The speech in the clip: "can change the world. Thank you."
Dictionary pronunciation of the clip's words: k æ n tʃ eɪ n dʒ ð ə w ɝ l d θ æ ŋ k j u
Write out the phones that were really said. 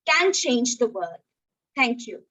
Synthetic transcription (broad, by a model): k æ n tʃ eɪ n dʒ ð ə w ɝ d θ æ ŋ k j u